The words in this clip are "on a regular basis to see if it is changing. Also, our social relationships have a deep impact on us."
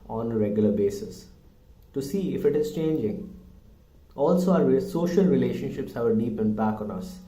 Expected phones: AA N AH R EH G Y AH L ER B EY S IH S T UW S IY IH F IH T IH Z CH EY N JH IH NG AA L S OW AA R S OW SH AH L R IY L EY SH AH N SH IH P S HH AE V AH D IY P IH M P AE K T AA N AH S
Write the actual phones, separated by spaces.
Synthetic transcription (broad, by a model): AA N AH R EH G Y AH L ER B EY S IH S T UW S IY IH F IH T IH Z CH EY N JH IH NG AA L S OW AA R S OW SH AH L R IY L EY SH AH N SH IH P S HH AE V AH D IY P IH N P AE K AA N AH S